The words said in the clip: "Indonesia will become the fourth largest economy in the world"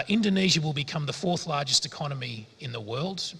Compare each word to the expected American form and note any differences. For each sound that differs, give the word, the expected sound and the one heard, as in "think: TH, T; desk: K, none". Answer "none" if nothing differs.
none